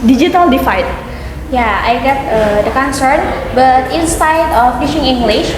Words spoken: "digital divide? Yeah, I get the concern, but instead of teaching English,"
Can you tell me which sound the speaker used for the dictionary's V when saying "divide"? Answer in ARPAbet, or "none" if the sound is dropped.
F